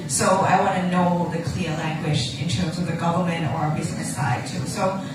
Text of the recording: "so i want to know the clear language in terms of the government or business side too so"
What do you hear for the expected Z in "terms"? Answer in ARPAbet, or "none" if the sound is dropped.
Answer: Z